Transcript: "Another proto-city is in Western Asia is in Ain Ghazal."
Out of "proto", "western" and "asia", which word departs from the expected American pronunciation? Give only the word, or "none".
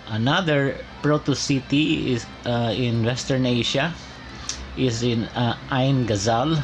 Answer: asia